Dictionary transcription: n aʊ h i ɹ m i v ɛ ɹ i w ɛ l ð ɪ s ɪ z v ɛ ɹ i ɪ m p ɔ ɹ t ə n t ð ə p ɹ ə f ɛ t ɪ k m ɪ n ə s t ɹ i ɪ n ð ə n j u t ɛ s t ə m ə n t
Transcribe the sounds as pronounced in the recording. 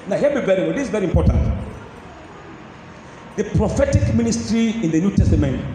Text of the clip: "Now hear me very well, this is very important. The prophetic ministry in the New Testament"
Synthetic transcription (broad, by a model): n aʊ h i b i v ɛ ɹ i w ɛ l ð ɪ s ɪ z v ɛ ɹ i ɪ m p ɔ ɹ t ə n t ð ə p ɹ ə f ɛ t ɪ k m ɪ n ə s t ɹ i ɪ n ð ə n j u t ɛ s t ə m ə n t